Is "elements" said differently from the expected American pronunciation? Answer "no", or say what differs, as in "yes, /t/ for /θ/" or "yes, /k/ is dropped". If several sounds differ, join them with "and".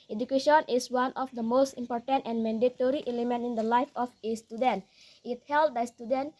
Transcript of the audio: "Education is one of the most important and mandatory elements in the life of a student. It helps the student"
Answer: yes, /s/ is dropped